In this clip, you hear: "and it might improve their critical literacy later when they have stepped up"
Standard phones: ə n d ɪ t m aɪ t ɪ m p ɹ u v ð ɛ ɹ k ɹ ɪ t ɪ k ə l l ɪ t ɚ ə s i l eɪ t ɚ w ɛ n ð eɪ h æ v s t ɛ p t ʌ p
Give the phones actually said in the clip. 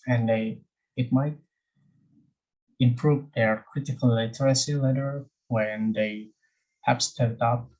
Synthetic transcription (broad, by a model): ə n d ɪ t m aɪ t ɪ m p ɹ u v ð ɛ ɹ k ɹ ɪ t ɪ k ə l l ɪ t ɚ ə s i l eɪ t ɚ w ɛ n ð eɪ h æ p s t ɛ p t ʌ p